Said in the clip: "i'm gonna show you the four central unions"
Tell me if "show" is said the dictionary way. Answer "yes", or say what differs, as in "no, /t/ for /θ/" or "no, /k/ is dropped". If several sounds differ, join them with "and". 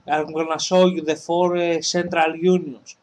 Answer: no, /s/ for /ʃ/